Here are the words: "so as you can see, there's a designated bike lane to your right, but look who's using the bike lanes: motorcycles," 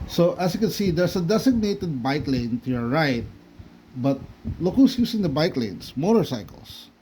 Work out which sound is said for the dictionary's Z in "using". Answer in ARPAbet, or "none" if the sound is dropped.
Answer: S